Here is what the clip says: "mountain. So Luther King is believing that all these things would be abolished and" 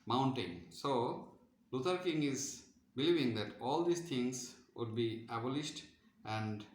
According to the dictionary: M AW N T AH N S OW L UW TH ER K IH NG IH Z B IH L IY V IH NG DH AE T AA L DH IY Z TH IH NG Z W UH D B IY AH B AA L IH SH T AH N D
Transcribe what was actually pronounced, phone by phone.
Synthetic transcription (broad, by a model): M AW N T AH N S OW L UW T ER K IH NG IH Z B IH L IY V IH NG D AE T AA L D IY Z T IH NG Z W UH D B IY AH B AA L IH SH T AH N D